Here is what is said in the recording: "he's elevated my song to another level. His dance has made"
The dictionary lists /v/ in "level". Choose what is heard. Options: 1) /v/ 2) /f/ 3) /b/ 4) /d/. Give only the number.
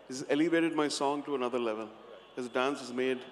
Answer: 1